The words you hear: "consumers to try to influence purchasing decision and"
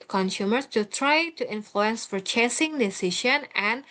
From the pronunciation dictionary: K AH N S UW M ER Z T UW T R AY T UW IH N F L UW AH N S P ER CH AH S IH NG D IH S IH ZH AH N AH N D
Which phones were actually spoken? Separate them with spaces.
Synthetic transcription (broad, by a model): K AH N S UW M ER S T UW T R AY T UW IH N F L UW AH N S F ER CH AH S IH NG D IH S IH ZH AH N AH N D